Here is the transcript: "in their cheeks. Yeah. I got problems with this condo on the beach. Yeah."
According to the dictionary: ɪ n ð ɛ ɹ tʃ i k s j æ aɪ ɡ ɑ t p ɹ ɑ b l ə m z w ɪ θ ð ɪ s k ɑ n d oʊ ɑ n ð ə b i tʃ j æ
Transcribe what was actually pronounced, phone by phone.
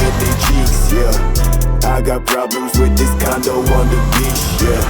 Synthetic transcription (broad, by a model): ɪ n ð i tʃ i k s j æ aɪ ɡ ɑ t p ɹ ɑ b l ə m z w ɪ ð ɪ s k ɑ n d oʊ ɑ n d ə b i s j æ